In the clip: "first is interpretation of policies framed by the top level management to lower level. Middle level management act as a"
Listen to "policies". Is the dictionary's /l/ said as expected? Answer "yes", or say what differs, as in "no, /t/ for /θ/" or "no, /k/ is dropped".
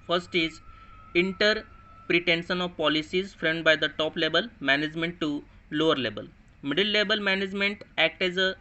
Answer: yes